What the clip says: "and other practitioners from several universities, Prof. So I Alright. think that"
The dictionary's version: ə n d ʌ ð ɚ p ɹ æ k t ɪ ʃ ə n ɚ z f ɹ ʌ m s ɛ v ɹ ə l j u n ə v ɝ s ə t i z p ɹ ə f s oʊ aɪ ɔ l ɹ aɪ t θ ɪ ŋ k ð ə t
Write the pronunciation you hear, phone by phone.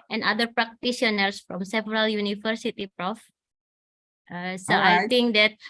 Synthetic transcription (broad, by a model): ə n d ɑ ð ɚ p ɹ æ k t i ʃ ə n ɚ s f ɹ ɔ m s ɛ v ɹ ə l j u n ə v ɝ s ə t i p ɹ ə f s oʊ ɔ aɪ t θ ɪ ŋ k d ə t